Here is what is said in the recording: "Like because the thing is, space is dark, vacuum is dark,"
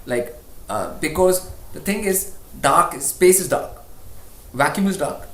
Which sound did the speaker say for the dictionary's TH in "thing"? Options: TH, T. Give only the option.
T